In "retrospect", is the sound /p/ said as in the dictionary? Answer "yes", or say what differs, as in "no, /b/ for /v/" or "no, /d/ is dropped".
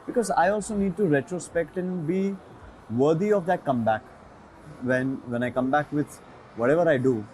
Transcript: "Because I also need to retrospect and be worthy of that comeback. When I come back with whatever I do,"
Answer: yes